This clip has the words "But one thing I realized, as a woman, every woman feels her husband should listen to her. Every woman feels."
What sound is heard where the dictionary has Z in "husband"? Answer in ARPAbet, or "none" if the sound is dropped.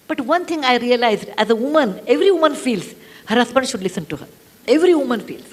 S